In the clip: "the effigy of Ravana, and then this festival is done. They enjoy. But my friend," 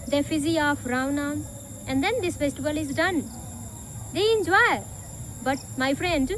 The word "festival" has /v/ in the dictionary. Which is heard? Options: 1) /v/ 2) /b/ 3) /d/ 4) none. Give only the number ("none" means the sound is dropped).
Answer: 2